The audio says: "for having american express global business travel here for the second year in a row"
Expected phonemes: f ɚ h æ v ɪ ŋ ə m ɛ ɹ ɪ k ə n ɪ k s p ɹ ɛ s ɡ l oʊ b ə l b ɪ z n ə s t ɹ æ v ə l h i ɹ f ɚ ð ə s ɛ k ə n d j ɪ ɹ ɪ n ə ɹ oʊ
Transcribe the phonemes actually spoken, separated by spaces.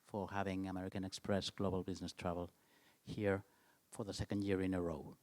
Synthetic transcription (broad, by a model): f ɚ h æ v ɪ ŋ ə m ɛ ɹ ɪ k ə n ɪ k s p ɹ ɛ s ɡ l oʊ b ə l b ɪ z n ə s t ɹ æ v ə l h i ɹ f ɚ ð ə s ɛ k ə n d j ɪ ɹ ɪ n ə ɹ oʊ